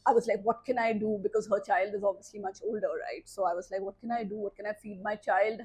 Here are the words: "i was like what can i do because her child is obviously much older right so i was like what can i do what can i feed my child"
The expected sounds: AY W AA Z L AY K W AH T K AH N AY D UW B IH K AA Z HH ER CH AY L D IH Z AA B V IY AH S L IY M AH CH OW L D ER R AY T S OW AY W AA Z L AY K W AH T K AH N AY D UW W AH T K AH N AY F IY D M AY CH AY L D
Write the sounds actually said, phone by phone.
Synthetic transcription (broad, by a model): AY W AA Z L AY K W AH T K AH N AY D UW B IH K AA Z HH ER CH AY L D IH Z AA B V IY AH S L IY M AH CH OW L D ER R AY T S OW AY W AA Z L AY K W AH T K AH N AY D UW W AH T K AH N AY F IY D M AY CH AY L D